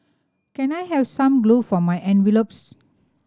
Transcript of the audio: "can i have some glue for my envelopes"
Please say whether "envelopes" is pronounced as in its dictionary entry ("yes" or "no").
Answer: yes